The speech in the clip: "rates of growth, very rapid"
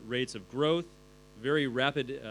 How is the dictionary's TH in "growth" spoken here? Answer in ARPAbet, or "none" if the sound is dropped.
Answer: TH